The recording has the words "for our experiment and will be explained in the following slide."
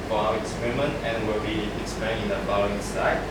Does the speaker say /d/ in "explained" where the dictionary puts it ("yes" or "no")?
no